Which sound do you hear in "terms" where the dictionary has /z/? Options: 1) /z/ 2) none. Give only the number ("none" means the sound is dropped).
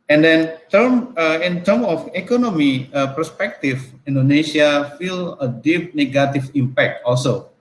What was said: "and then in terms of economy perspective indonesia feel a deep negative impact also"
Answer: 2